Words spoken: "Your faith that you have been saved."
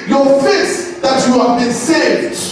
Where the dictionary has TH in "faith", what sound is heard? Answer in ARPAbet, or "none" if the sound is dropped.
S